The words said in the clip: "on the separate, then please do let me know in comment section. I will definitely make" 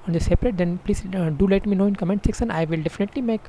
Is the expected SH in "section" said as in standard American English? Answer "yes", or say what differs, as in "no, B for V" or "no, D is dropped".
no, S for SH